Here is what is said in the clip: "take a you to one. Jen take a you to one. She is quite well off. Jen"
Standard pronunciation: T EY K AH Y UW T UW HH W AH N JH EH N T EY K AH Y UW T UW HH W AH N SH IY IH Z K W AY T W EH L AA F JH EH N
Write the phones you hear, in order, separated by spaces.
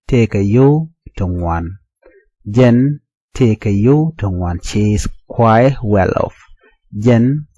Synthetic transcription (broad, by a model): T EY K AH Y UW T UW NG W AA N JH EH N T EY K AH Y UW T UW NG W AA N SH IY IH S K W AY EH W EH L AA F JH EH N